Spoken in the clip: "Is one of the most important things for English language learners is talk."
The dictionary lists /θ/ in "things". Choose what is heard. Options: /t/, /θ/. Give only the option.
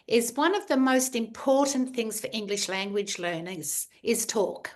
/θ/